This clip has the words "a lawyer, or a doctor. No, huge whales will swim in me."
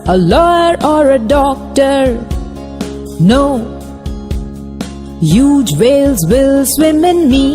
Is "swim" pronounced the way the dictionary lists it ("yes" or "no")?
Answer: yes